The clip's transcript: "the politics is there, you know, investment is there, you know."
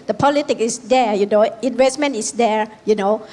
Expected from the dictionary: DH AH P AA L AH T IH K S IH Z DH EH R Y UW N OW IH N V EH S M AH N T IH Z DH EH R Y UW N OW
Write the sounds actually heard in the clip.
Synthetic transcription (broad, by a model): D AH P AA L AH T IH K IH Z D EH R Y UW N OW IH N V EH S M AH N T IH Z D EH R Y UW N OW